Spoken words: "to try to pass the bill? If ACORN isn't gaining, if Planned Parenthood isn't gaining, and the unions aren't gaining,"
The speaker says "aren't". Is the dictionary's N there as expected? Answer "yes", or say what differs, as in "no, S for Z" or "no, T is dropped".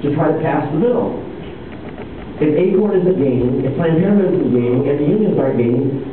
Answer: no, N is dropped